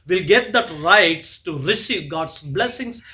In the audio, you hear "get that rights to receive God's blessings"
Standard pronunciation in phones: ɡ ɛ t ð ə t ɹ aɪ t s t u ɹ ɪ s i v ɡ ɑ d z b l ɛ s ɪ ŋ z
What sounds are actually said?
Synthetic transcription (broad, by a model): ɡ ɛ t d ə t ɹ aɪ t s t u ɹ ɪ s i v ɡ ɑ d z b l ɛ s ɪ ŋ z